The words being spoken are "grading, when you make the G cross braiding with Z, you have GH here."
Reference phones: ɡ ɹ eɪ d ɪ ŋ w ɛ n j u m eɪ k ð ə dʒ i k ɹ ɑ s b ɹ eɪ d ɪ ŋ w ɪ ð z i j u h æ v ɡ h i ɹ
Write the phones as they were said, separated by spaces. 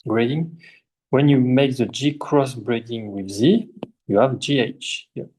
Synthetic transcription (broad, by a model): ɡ ɹ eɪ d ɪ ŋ w ɛ n j u m eɪ k ð ə dʒ i k ɹ ɑ s b ɹ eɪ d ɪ ŋ w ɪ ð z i j u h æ v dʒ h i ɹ